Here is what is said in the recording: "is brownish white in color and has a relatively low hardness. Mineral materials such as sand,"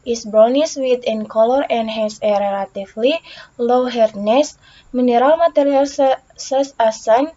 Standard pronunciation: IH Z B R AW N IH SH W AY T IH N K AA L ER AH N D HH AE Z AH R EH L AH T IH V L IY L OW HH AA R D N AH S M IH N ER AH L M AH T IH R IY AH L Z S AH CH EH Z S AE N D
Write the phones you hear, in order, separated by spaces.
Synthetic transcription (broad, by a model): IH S B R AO N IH S W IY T IH N K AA L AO AH N D HH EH S AH R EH L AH T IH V L IY L OW HH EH R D N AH S M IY N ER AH L M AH T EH R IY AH L S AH S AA S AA N